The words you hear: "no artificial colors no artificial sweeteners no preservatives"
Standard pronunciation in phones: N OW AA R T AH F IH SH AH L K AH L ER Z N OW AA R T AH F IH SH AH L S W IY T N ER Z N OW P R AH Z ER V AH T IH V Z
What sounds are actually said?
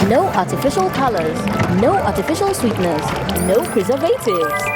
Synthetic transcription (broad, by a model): N OW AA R T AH F IH SH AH L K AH L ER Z N OW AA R T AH F IH SH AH L S W IY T N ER S N OW P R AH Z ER V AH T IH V